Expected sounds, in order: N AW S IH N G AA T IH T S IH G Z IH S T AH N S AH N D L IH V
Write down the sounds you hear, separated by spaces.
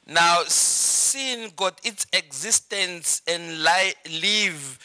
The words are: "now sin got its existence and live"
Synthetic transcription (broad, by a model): N AW S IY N G AA T IH T S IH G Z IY S T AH N S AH N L L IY V